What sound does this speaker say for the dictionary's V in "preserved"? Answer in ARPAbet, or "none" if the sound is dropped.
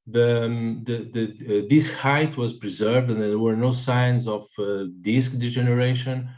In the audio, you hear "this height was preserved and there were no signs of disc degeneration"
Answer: V